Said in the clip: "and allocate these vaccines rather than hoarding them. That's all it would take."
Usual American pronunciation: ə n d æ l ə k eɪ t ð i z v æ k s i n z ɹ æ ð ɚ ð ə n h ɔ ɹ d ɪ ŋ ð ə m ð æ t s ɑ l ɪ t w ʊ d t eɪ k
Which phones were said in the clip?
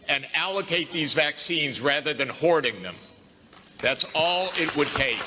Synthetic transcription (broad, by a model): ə n æ l ə k eɪ t ð i z v æ k s i n z ɹ æ ð ɚ ð ə n h ɔ ɹ d ɪ ŋ ð ə m ð æ t s ɑ l ɪ t w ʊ d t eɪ